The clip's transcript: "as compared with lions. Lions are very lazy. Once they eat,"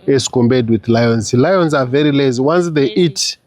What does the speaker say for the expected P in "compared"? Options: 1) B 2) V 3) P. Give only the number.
1